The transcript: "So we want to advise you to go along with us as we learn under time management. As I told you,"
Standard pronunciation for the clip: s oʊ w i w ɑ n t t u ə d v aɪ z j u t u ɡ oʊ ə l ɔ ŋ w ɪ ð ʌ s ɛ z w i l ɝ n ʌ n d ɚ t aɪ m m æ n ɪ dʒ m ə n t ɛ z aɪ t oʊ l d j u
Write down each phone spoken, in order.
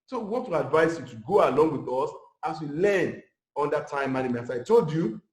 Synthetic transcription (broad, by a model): s oʊ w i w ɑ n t t u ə d v aɪ s j u t u ɡ oʊ ə l ɔ ŋ w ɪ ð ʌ s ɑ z w i l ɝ n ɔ n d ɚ t aɪ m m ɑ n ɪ m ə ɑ s aɪ t oʊ l d j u